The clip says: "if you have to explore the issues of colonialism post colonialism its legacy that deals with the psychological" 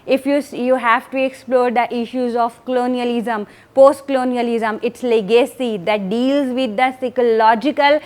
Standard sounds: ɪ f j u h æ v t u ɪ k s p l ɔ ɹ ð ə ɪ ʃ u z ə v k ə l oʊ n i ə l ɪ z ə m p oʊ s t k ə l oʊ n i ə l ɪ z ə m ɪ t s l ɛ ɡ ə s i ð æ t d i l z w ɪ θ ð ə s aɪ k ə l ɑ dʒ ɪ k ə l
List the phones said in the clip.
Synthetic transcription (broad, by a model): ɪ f j u h æ v t u ɪ k s p l ɔ ɹ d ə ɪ ʃ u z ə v k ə l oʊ n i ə l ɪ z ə m p oʊ s t k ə l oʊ n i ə l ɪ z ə m ɪ t s l ɛ ɡ ə s i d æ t d i l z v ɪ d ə s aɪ k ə l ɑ dʒ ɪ k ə l